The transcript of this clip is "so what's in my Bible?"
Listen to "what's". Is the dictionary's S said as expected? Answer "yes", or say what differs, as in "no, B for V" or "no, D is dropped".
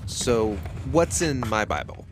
yes